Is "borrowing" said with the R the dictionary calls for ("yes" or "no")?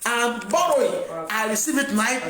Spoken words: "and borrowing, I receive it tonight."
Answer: no